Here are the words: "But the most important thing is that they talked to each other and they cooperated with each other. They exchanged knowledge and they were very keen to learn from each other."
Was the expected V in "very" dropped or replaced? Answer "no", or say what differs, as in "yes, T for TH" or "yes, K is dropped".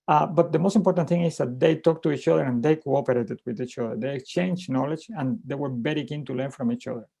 yes, B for V